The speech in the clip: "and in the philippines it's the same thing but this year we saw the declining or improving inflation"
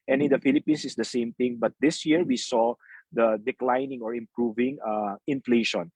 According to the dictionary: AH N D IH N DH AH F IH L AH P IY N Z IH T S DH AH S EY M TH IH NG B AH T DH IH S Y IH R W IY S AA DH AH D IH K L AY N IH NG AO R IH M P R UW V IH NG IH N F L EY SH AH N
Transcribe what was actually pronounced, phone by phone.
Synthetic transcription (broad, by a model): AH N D IH N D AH F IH L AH P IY N S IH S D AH S EY M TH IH NG B AH T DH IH S Y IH R W IY S AA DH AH D IH K L AY N IH NG AO R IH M P R UW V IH NG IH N F L EY SH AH N